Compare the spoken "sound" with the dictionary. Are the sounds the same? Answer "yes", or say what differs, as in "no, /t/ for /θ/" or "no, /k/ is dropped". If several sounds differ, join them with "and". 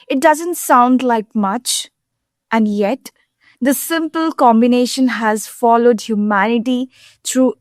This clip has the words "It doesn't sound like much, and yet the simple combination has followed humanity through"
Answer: yes